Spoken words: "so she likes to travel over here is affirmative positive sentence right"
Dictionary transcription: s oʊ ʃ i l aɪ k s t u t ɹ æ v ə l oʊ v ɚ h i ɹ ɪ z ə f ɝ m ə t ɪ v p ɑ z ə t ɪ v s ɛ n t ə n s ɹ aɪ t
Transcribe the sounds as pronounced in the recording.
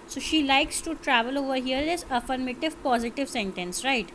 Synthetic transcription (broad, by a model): s oʊ ʃ i l aɪ k s t u t ɹ æ v ə l oʊ v ɚ h i ɹ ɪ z ə f ɝ m ə t ɪ v p ɑ z ə t ɪ v s ɛ n t ə n s ɹ aɪ t